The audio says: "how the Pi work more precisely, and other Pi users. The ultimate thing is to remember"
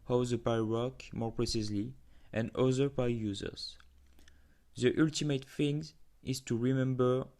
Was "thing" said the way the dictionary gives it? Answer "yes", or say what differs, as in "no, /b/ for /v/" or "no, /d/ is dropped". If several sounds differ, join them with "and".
no, /f/ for /θ/